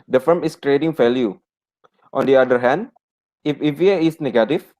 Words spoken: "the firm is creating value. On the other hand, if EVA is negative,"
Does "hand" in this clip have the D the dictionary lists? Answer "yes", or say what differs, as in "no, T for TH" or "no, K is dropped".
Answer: yes